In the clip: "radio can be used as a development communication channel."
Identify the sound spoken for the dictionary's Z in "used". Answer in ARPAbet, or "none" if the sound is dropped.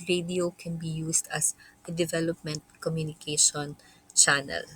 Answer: S